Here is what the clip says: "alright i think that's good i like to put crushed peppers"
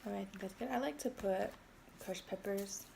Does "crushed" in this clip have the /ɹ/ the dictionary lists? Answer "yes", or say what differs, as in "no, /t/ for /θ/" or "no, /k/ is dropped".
no, /ɹ/ is dropped